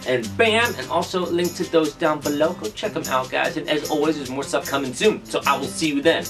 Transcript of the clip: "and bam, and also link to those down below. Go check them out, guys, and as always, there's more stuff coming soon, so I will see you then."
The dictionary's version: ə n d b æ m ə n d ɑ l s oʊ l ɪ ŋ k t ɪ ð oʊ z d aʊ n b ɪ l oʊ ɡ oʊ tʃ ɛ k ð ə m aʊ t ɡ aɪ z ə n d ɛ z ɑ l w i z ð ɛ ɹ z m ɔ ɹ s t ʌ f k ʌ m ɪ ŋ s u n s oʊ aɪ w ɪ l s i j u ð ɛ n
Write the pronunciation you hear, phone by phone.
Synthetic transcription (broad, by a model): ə n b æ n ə n ɑ l s oʊ l ɪ ŋ k t ɪ ð oʊ z d aʊ n b ɪ l oʊ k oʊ tʃ ɛ k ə m aʊ t ɡ aɪ z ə n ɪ z ɑ l w i z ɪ z m ɔ ɹ s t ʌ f k ʌ m ɪ ŋ s u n s oʊ aɪ w ɪ l s i j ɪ ð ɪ n